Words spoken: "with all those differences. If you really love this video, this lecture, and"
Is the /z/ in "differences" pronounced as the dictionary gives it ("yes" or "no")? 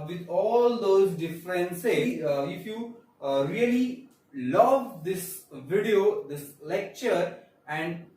no